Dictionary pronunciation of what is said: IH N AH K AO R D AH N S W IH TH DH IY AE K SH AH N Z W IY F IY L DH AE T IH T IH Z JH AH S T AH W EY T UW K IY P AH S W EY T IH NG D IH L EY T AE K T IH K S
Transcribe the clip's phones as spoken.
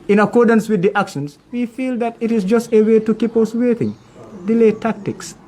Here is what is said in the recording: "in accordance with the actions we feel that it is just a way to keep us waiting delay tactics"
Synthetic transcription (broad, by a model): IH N AH K AO R D AH N S W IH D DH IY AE K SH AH N S W IY F IY L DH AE T IH T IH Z JH AH S T AH W EY T UW K IY P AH S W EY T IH NG D IH L EY T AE K T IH K S